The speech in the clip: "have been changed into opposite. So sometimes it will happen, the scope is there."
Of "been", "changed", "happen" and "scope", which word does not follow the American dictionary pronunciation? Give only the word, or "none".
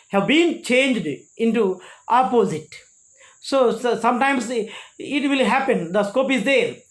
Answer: none